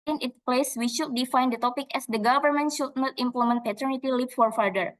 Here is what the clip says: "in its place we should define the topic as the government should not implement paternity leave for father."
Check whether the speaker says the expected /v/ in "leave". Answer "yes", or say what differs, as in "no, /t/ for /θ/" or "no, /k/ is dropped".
no, /p/ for /v/